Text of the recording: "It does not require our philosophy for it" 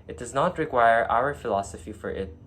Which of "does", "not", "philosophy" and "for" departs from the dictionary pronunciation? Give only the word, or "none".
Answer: none